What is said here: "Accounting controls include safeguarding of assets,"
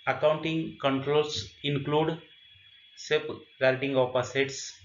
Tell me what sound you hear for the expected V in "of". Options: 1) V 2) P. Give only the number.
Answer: 2